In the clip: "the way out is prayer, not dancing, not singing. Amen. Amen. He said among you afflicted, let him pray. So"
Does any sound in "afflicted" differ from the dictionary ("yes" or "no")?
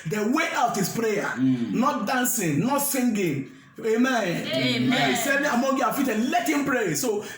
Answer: yes